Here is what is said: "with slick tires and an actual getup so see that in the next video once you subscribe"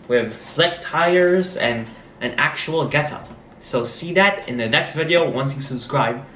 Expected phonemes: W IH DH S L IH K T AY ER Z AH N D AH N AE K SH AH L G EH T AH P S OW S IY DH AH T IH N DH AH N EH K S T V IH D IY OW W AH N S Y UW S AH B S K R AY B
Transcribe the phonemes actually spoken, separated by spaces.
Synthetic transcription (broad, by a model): W IH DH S L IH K T AY ER Z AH N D AH N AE K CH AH L G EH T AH S OW S IY DH AH T IH N DH AH N EH K S T V IH D IY OW W AH N S Y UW S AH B S K R AY B